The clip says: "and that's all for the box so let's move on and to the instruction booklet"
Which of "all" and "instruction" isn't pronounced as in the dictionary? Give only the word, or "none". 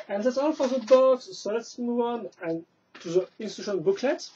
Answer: instruction